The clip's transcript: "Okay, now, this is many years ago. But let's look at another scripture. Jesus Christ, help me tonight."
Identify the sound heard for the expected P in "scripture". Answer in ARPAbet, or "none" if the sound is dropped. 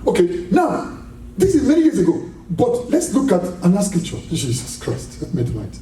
none